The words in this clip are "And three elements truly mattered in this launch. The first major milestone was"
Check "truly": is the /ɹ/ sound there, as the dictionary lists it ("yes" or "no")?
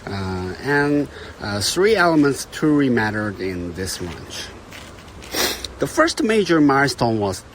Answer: no